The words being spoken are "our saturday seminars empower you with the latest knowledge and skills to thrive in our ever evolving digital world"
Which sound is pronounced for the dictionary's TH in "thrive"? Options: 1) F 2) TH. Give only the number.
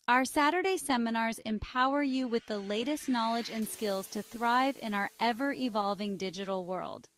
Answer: 2